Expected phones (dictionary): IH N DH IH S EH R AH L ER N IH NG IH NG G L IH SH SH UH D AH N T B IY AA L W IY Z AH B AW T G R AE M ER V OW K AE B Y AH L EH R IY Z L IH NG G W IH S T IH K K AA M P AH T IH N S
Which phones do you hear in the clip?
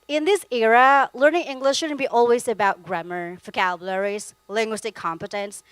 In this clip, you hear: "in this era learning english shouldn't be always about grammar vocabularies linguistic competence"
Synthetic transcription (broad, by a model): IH N DH IH S EH R AH L ER N IH NG IH NG G L IH SH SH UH D N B IY AA L W IY Z AH B AW T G R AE M ER F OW K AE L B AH L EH R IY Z L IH NG G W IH S T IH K K AA M P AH T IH N S